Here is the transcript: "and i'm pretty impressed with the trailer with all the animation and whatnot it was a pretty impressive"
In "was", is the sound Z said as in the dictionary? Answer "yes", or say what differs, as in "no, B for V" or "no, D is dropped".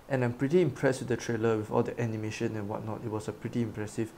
no, S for Z